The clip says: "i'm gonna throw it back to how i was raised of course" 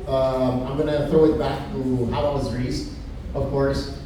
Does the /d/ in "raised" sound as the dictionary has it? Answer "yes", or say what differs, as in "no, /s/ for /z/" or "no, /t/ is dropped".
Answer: no, /d/ is dropped